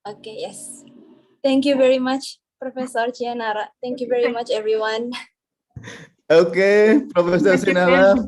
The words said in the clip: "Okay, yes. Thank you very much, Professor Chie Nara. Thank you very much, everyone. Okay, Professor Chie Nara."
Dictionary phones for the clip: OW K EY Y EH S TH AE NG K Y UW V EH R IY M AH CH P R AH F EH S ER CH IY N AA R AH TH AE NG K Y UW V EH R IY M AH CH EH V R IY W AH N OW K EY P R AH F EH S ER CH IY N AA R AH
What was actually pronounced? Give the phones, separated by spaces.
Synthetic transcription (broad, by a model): OW K EY Y EH S T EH NG K Y UW V EH R IY M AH CH P R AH F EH S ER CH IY N AA R AH T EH NG K Y UW V EH R IY M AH CH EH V R IY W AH N OW K EY P R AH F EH S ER S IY N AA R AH